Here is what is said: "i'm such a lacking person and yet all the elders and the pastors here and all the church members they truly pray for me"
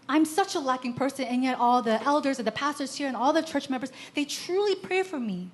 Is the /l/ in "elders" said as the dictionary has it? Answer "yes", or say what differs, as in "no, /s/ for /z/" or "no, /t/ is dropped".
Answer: yes